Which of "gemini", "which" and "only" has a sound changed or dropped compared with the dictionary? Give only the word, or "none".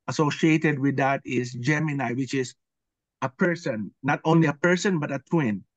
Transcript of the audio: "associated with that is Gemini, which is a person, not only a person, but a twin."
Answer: none